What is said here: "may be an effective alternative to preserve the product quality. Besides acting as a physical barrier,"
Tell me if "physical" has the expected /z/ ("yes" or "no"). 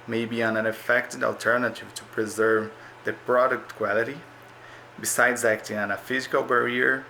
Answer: yes